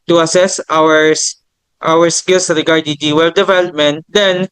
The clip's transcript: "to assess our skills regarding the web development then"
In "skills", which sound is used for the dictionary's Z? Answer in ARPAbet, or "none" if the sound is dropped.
S